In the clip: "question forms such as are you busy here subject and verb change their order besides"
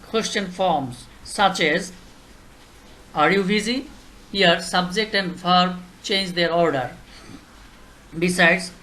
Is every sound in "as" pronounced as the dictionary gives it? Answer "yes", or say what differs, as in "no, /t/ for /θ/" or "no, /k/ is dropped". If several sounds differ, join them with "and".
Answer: yes